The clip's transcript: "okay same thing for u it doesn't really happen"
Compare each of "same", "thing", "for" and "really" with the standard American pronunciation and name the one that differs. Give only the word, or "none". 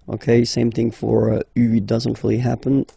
none